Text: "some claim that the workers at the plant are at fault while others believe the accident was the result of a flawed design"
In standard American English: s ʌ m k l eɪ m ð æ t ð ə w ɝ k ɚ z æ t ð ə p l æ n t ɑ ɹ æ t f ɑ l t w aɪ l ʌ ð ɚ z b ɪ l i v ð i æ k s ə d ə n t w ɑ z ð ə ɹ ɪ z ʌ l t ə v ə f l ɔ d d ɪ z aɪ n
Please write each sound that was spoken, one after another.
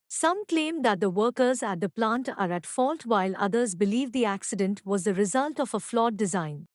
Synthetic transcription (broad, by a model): s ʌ m k l eɪ m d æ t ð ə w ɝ k ɚ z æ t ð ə p l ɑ n t ɑ ɹ æ t f ɑ l t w aɪ l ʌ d ɚ z b ɪ l i v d i æ k s ə d ə n t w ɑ z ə ɹ ɪ z ʌ l t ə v ə f l ɔ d d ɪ z aɪ n